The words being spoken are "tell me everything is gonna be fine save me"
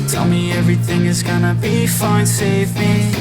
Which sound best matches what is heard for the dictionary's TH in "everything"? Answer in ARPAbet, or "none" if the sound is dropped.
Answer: TH